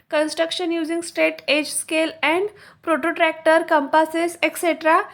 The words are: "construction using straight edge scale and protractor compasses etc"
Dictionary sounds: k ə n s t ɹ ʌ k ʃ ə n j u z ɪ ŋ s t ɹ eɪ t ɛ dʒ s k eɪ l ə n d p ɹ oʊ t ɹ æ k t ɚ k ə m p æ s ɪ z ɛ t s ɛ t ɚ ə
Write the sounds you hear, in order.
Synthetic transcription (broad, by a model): k ə n s t ɹ ʌ k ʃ ə n j u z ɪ ŋ s t eɪ t ɛ dʒ s k eɪ l ə n d p ɹ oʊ t ɹ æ k t ɚ k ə m p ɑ s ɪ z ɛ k s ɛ t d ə